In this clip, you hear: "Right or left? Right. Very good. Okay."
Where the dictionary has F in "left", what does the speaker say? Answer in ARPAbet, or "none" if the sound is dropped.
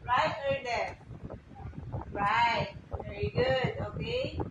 none